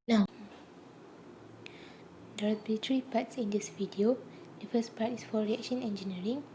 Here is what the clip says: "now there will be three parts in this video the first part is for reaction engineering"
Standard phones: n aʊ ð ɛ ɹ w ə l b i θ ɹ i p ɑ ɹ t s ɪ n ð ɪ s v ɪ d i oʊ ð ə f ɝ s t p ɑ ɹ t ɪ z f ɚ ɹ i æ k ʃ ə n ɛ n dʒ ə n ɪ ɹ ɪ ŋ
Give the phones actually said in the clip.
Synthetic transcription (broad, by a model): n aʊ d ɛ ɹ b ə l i t ɹ i p ɑ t s ɪ n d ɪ s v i d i oʊ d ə f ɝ s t p ɑ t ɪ s f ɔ ɹ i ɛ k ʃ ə n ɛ n dʒ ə n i ɹ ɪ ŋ